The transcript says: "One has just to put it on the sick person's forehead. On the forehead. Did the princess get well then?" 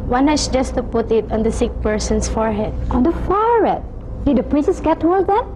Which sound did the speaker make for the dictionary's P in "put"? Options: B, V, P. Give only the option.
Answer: P